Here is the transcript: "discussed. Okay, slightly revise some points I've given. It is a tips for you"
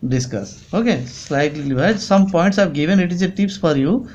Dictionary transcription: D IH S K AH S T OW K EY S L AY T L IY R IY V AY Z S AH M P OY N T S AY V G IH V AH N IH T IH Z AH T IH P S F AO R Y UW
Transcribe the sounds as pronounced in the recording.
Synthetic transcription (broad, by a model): D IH S K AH S OW K EY S L AY T L IY L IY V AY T S AH M P OY N T S AY V G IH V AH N IH T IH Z AH T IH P S F AO R Y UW